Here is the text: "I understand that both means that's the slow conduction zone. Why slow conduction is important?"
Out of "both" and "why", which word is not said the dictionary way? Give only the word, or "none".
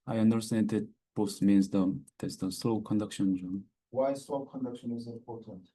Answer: both